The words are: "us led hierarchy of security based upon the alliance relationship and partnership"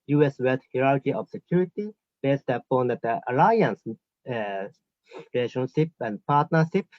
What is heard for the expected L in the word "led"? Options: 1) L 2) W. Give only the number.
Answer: 2